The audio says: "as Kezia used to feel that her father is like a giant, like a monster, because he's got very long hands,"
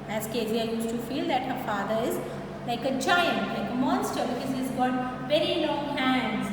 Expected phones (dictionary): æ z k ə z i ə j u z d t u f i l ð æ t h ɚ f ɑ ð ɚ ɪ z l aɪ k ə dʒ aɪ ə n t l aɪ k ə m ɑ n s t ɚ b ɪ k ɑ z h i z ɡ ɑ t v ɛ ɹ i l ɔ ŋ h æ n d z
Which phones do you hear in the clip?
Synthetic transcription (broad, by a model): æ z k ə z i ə j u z t u f i l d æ t h ɚ f ɑ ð ɚ ɪ z l aɪ k ə tʃ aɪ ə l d l aɪ k ə m ɑ n s t ɚ b ɪ k ɑ z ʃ i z ɡ ɑ t v ɛ ɹ i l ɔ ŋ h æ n d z